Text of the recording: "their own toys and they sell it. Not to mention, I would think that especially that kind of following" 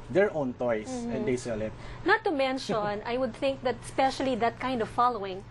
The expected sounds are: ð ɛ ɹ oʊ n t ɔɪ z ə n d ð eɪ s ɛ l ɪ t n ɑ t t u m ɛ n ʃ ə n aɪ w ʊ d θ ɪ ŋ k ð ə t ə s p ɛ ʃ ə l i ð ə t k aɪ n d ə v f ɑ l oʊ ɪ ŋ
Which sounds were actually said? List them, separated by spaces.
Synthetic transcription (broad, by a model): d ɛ ɹ oʊ n t ɔɪ s ə n d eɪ s ɛ l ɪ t n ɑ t t u m ɛ n ʃ ə n aɪ w ʊ d θ ɪ ŋ k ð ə t s p ɛ ʃ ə l i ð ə t k aɪ n d ə v f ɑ l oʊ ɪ ŋ